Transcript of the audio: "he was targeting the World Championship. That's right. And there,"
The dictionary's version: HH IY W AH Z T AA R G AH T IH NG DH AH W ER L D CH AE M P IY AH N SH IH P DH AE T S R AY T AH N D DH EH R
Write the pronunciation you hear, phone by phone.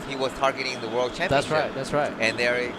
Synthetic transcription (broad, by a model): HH IY W AH Z T AA R G AH T IH NG DH AH W ER L D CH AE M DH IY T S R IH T DH AE T S R AY T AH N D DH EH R